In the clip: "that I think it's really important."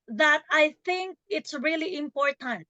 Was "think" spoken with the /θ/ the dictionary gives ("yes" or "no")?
yes